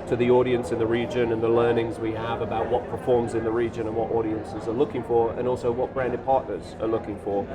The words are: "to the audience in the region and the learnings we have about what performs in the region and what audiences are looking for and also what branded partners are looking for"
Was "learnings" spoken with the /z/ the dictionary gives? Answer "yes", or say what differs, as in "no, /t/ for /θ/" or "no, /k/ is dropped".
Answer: yes